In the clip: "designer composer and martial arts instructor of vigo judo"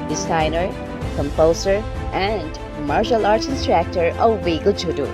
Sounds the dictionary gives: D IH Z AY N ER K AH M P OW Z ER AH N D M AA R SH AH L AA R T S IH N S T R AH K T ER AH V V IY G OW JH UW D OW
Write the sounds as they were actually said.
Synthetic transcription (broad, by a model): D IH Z AY N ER K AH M P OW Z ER AH N D M AA R SH AH L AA R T IH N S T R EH K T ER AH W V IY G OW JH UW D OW